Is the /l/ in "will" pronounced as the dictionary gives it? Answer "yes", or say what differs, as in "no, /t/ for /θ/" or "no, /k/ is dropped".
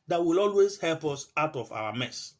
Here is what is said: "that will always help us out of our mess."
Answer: yes